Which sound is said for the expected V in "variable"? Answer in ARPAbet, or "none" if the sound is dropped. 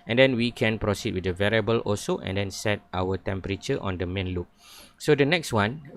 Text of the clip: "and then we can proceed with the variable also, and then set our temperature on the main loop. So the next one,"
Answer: V